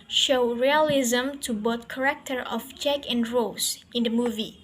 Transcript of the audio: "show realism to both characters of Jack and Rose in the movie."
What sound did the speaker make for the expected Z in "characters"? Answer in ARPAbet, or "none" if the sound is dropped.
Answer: none